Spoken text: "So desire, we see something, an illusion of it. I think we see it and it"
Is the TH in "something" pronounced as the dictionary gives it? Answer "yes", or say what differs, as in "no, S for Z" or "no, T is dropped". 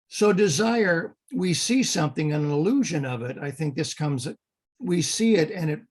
yes